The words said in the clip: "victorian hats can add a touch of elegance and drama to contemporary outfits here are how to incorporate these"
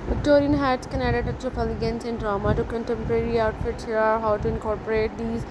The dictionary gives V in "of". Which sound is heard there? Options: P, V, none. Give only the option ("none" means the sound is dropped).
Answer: P